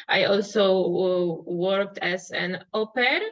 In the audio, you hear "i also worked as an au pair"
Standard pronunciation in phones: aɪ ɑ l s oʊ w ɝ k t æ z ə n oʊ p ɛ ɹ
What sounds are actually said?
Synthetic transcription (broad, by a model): aɪ ɑ l s oʊ w ɝ k t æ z ə n oʊ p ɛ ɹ